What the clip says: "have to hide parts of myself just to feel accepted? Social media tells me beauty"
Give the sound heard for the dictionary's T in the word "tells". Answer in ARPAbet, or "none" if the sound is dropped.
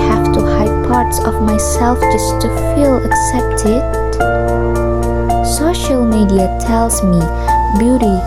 T